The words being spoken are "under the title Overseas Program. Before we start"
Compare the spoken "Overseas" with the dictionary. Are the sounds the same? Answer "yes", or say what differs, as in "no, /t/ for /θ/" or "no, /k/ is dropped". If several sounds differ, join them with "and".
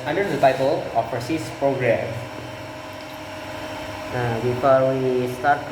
no, /f/ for /v/